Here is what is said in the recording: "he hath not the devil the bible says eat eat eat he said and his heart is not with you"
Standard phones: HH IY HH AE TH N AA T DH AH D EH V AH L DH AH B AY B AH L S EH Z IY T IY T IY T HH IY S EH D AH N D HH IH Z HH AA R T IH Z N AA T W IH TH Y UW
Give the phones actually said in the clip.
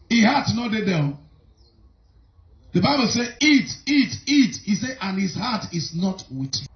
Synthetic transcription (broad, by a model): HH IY HH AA T N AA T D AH D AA AH N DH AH B AY B AH L S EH IY T IY T IY T HH IY S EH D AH N HH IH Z HH AA T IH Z N AA T W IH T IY